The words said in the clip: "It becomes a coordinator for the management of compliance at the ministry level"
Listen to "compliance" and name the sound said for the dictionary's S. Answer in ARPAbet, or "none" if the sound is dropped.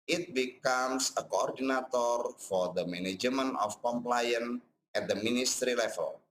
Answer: none